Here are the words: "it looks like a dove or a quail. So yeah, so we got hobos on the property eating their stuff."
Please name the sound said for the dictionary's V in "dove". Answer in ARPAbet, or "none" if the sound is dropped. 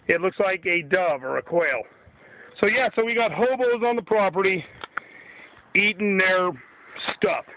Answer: V